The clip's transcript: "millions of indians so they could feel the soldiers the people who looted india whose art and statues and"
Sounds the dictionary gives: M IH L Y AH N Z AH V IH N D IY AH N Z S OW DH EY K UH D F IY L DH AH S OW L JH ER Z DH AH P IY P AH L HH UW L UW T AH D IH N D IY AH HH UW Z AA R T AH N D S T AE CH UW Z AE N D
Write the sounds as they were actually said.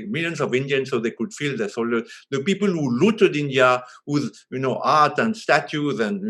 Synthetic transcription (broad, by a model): M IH L Y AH N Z AH V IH N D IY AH N S OW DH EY K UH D F IY L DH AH S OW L ER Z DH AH P IY P AH L HH UW L UW T AH D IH N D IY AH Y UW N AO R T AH N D S T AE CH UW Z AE N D